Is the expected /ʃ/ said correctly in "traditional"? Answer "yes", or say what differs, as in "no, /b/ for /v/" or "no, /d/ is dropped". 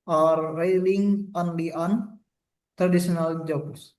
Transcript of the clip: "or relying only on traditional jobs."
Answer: no, /s/ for /ʃ/